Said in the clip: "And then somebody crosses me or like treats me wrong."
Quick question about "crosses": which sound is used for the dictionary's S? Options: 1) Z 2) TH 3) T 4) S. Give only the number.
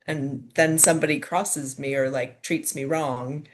4